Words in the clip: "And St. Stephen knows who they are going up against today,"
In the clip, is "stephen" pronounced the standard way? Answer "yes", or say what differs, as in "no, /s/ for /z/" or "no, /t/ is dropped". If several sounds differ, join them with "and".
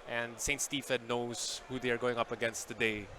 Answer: no, /f/ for /v/